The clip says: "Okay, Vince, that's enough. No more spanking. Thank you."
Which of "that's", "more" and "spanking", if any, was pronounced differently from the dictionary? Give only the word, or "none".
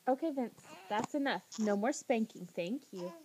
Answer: none